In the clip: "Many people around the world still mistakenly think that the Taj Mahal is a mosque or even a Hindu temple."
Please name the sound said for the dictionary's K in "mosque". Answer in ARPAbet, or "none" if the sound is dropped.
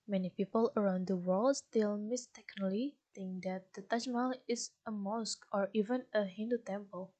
K